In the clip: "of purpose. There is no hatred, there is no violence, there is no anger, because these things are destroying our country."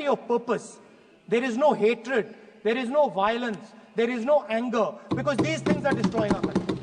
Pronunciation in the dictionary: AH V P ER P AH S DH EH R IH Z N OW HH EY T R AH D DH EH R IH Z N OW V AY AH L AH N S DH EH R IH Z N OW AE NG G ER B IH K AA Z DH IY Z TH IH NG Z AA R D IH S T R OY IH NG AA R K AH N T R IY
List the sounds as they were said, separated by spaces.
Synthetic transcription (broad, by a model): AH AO P ER P AH S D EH R IH Z N OW HH EY T R AH D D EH R IH Z N OW V AY AH L AH N S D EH R IH Z N OW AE NG G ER B IH K AA Z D IY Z T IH NG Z AA R D IH S T R OY IH NG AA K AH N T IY